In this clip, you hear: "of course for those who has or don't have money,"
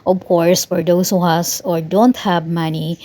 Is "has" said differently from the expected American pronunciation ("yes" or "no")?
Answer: yes